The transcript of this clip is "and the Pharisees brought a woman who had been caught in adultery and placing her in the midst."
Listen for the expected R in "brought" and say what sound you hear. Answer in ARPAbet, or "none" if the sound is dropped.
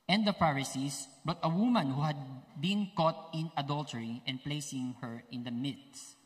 none